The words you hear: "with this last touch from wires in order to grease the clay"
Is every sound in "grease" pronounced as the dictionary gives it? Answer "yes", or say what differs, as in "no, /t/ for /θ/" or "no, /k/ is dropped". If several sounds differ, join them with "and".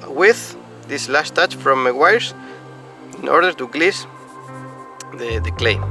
no, /l/ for /ɹ/